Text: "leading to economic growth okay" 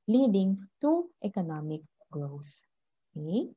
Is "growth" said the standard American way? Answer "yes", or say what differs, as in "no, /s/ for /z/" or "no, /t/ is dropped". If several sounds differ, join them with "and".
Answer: no, /s/ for /θ/